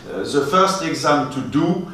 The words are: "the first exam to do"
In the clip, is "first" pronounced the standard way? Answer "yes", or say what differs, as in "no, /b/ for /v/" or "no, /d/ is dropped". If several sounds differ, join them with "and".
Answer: yes